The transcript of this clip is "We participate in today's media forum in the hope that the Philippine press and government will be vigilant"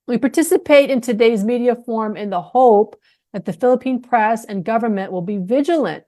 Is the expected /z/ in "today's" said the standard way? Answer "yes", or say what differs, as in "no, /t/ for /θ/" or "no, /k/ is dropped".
yes